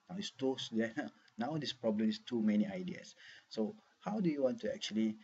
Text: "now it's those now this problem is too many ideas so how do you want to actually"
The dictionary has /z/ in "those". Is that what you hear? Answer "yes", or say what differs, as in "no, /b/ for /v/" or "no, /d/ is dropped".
no, /z/ is dropped